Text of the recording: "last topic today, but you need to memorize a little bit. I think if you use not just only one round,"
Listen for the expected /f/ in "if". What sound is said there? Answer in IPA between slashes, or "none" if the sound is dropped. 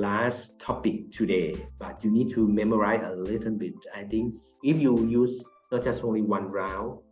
/f/